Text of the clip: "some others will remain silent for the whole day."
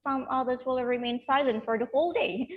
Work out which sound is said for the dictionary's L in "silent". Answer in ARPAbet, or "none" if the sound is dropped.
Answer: L